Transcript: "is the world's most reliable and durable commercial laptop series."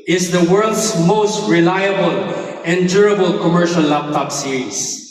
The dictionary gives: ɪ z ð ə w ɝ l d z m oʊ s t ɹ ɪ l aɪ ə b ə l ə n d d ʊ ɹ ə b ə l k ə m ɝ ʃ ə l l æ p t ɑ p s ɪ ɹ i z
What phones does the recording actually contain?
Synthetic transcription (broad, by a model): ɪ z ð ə w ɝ l d s m oʊ s t ɹ ɪ l aɪ ə b ə l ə n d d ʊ ɹ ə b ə l k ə m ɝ ʃ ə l l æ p t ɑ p s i ɹ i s